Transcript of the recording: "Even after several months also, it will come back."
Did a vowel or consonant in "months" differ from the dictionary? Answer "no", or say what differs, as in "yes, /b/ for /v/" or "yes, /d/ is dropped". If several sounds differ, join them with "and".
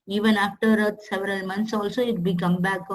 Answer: yes, /t/ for /θ/